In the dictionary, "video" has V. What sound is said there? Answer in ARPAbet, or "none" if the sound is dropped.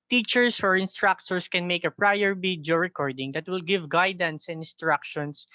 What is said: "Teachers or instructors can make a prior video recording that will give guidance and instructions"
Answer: B